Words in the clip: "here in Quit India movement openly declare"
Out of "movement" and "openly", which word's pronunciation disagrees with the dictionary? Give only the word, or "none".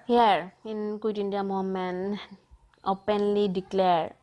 movement